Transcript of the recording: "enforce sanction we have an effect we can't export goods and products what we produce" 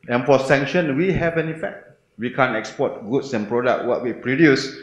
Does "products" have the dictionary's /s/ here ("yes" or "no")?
no